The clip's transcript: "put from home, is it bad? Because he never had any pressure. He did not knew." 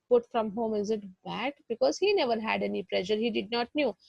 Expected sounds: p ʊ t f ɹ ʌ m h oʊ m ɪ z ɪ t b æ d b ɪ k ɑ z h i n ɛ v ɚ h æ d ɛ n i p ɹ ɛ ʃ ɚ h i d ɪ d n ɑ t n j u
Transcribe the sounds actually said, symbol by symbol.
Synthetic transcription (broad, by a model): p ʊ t f ɹ ʌ m h oʊ m ɪ z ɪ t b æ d b ɪ k ɑ z h i n ɛ v ɚ h æ d ɛ n i p l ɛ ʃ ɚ h i d ɪ d n ɑ t n j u